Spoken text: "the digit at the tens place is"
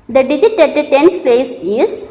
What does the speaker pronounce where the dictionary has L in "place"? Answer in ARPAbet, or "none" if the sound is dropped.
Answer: none